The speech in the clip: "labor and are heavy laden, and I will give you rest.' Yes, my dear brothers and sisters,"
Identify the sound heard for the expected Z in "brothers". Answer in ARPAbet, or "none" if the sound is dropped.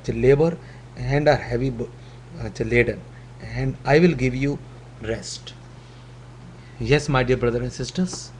none